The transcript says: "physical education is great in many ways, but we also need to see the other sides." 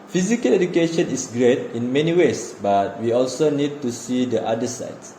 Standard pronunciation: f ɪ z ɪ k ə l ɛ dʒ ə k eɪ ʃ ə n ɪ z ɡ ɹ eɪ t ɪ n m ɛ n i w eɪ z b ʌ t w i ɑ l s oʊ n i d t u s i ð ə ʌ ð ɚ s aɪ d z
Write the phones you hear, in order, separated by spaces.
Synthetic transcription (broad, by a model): f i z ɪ k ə l ɛ dʒ ə k eɪ ʃ ə n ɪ s ɡ ɹ eɪ t ɪ n m ɛ n i w eɪ s b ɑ t w i ɑ l s oʊ n i d t u s i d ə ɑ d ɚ s aɪ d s